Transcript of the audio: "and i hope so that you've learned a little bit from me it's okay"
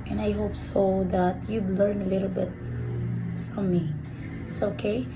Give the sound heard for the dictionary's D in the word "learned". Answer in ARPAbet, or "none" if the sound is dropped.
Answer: none